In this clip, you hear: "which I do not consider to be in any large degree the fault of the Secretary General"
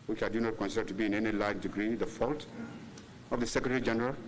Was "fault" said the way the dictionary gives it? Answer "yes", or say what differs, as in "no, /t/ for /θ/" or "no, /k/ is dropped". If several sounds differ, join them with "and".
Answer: yes